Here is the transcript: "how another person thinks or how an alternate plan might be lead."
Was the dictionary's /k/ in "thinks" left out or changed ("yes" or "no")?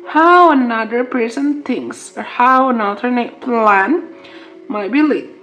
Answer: yes